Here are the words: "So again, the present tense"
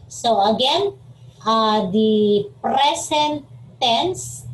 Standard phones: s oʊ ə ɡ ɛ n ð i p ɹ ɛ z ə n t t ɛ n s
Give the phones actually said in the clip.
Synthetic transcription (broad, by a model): s oʊ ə ɡ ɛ n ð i p ɹ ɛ s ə n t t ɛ n s